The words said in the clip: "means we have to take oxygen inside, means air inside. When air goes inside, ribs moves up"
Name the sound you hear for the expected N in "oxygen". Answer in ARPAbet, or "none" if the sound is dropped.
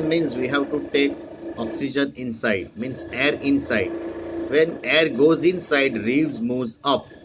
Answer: N